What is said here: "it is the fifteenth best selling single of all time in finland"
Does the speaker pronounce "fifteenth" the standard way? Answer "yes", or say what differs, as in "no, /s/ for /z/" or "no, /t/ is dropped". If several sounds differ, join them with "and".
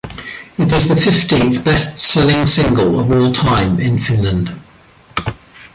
yes